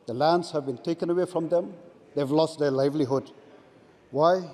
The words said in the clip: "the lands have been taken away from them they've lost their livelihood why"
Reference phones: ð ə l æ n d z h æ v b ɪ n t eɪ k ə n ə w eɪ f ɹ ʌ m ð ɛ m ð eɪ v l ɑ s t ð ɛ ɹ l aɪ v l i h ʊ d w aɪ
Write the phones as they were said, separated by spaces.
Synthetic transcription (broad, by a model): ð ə l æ n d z h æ v b ɪ n t eɪ k ə n ə w eɪ f ɹ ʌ m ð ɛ m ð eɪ v l ɑ s t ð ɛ l aɪ v l i h ʊ d w aɪ